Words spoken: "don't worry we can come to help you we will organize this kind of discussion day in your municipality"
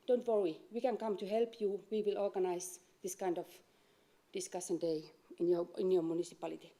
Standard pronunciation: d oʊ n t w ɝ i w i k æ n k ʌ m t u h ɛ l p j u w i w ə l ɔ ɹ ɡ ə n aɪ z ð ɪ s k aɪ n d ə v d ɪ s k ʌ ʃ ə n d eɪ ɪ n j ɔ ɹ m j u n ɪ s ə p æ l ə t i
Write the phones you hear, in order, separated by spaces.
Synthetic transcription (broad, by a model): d oʊ n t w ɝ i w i k æ n k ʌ m t u h ɛ l p j u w i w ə l ɔ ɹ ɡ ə n aɪ s ð ɪ s k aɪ n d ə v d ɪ s k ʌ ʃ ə n d eɪ ɪ n j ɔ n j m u n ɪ s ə p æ l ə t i